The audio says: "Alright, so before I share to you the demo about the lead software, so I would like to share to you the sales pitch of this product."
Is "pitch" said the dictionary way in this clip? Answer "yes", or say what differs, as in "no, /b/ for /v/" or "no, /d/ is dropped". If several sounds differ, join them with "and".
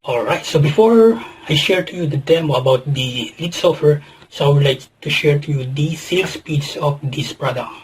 no, /s/ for /tʃ/